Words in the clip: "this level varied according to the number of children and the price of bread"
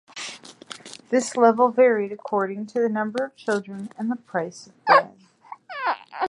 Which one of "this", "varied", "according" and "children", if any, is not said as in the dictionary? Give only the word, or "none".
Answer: none